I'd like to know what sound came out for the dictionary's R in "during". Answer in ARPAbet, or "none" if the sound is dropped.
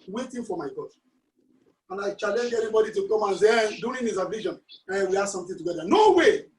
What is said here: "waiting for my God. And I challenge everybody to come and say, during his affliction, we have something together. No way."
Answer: none